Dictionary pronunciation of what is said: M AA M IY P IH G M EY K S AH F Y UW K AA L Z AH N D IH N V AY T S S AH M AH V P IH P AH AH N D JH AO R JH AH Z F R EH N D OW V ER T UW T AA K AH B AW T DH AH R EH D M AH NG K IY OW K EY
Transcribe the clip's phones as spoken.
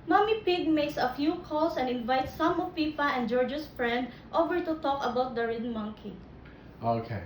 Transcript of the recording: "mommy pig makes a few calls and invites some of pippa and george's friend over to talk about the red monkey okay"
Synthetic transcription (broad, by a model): M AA M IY P IH G M EY K S AH F Y UW K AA L S AH N D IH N V AY T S S AH M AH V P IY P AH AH N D JH AO R JH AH S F R EH N D OW V ER T UW T AA K AH B AW T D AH R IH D M AH NG K IY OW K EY